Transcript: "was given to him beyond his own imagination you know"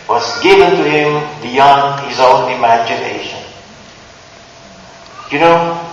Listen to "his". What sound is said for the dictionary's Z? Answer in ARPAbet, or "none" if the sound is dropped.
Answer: Z